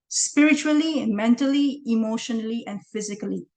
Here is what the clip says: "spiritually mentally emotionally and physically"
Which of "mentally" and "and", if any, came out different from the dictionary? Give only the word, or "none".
none